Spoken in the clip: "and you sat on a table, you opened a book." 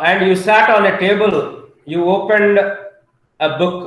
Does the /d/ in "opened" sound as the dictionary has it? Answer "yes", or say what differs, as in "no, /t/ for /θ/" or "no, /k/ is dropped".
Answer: yes